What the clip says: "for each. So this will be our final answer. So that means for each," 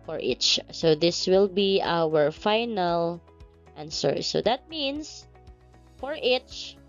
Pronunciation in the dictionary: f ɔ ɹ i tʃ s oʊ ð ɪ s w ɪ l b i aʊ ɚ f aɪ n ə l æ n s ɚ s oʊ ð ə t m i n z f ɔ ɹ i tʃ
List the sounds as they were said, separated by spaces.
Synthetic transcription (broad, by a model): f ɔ ɹ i tʃ s oʊ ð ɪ s w ɪ l b i aʊ ɚ f aɪ n ə l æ n s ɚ s oʊ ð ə t m i n s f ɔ ɹ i tʃ